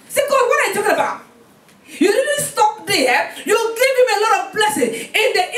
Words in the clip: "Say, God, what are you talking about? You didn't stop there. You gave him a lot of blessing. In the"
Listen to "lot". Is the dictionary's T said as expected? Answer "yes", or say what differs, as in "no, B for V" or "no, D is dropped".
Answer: yes